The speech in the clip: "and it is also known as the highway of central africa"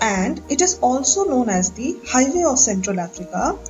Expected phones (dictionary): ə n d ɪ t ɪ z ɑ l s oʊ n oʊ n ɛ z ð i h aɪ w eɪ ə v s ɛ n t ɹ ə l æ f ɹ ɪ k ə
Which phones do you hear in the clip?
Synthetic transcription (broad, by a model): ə n d ɪ t ɪ z ɑ l s oʊ n oʊ n ɛ z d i h aɪ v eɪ ə v s ɛ n t ɹ ə l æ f ɹ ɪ k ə